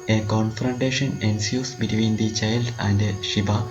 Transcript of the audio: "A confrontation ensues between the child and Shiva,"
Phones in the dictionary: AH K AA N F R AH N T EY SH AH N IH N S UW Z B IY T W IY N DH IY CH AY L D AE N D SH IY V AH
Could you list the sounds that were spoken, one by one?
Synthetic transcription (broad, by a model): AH K AA N F R AH N T EY SH AH N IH N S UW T B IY T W IY N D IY CH AY L D AE N D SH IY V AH